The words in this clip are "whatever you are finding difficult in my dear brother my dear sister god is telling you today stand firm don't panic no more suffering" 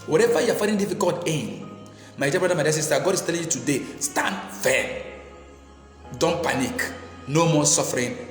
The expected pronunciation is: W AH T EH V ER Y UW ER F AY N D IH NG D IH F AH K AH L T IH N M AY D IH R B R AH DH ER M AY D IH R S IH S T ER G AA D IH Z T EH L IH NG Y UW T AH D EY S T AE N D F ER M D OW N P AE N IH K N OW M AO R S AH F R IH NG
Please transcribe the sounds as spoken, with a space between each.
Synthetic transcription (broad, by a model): W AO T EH V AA Y UW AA F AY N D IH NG D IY F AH K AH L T IH N M AY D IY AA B R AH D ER M AY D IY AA S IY S T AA G AA D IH S T EH L IH NG Y UW T AH D EY S T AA N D F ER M D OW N P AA N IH K N OW M AO S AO F R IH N